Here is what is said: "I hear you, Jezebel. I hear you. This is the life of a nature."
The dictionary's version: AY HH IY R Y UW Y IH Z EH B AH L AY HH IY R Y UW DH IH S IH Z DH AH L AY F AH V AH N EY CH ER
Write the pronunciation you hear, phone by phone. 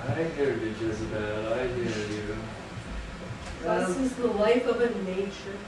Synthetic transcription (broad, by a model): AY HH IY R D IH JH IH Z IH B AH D AY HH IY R Y UW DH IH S IH Z DH AH L AY F AH V AH N EY CH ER